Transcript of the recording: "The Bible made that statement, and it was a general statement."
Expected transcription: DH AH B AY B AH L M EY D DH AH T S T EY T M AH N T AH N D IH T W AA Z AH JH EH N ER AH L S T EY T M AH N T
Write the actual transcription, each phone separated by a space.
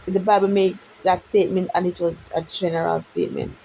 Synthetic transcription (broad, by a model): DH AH B AY B AH L M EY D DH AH T S T EY T M AH N T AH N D IH T W AA Z AH JH EH N ER AH L S T EY T M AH N T